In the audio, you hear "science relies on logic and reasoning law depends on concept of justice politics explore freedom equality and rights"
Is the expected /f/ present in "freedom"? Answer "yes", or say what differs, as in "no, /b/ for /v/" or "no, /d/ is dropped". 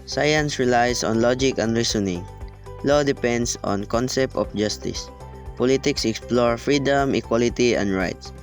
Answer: yes